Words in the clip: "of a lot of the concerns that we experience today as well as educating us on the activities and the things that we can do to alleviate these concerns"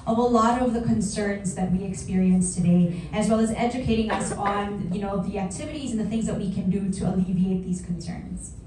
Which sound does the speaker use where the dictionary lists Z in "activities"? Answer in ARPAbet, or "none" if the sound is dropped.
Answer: Z